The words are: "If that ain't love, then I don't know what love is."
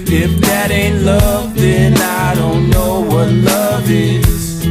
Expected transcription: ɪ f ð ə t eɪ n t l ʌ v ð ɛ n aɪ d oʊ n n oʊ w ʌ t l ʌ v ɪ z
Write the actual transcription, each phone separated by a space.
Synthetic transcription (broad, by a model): ɪ f ð ə t eɪ n t l ʌ v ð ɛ n aɪ d oʊ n n oʊ w ʌ t l ʌ v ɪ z